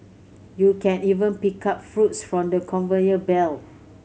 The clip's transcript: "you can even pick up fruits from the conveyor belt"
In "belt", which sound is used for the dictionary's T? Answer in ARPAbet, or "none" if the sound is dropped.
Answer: none